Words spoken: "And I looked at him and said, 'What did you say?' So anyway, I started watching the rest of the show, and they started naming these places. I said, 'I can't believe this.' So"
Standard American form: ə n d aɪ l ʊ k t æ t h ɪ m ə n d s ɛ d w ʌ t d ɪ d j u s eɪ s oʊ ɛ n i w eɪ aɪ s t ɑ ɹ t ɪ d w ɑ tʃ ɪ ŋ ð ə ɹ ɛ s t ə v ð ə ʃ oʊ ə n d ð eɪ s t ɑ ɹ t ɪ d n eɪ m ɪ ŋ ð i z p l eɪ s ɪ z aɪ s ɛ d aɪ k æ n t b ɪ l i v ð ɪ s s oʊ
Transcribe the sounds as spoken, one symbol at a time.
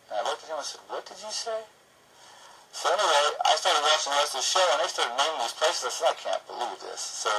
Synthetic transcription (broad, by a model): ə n aɪ w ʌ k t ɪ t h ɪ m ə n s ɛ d w ʌ t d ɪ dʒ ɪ s eɪ s oʊ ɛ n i w eɪ aɪ s t ɑ ɹ t ɪ d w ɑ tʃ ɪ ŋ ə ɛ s ð ə ʃ oʊ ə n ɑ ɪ s t ɑ ɹ t ɪ d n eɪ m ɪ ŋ ð i z p l eɪ s ɪ z aɪ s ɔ aɪ k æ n b ɪ l i v ð ɪ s s oʊ